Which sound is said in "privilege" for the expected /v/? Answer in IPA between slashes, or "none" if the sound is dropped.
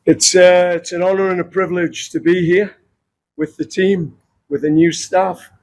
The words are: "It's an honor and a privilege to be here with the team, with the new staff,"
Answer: /v/